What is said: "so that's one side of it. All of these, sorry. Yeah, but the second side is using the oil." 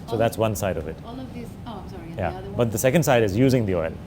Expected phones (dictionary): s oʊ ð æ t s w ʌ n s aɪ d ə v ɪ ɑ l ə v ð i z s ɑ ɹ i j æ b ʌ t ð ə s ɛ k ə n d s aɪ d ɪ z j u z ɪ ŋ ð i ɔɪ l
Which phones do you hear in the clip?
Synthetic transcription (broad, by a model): s oʊ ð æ t s w ʌ n s aɪ d ə v ɪ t j æ b ʌ t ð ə s ɛ k ə n d s aɪ d ɪ z j u z ɪ ŋ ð i ɔɪ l